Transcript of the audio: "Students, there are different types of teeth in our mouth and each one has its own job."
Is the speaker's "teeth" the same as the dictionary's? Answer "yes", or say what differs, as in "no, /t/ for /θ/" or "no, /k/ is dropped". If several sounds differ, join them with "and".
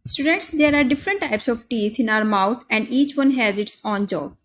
no, /t/ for /θ/